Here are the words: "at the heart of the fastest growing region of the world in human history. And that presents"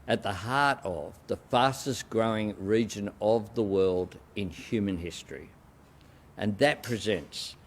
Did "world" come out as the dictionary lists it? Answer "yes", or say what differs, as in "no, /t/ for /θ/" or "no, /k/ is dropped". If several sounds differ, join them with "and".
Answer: yes